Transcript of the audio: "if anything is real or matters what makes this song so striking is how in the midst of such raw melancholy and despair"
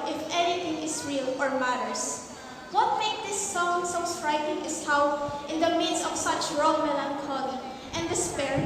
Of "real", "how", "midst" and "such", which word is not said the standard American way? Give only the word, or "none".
midst